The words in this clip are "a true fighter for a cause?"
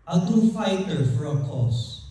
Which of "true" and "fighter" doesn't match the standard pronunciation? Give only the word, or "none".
true